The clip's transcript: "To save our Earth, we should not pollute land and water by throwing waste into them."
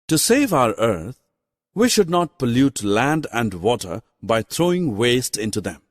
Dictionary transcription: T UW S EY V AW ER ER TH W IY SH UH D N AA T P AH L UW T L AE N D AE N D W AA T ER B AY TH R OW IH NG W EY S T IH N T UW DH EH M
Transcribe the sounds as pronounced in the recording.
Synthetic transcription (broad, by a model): T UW S EY V AW ER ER T W IY SH UH D N AA T P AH L UW T L AE N D AE N D W AA T ER B AY T R OW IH NG W EY S T IH N T UW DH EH M